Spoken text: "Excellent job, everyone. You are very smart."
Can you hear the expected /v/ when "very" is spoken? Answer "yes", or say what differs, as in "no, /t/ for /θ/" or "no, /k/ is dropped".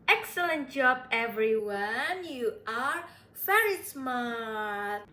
no, /f/ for /v/